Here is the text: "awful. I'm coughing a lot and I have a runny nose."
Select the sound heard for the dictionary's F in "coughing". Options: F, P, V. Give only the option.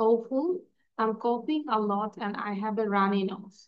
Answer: P